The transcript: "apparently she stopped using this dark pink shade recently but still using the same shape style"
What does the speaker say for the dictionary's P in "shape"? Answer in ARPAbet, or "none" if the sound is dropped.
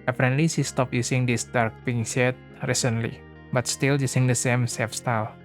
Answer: F